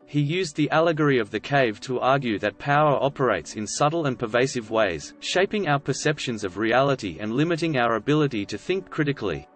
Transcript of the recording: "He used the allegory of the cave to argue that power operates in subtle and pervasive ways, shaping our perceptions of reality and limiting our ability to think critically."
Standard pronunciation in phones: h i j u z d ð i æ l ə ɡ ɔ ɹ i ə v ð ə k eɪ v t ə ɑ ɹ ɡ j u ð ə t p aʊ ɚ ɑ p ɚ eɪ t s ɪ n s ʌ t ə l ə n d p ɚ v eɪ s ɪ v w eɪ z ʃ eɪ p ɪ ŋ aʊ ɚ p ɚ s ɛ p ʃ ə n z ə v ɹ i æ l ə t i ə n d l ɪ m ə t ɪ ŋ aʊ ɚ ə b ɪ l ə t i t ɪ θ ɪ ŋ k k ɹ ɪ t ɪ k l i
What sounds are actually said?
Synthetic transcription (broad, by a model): h i j u z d ð i æ l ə ɡ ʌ ɹ i ə v ð ə k eɪ v t ə ɑ ɹ ɡ j u ð ə t p aʊ ɚ ɑ p ɚ eɪ t s ɪ n s ʌ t l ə n p ɚ v eɪ s ɪ v w eɪ z ʃ eɪ p ɪ ŋ aʊ ɚ p ɚ s ɛ p ʃ ə n z ə v ɹ i æ l ə t i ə n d l ɪ m ə t ɪ ŋ aʊ ɚ ə b ɪ l ə t i t ɪ θ ɪ ŋ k k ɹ ɪ t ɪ k l i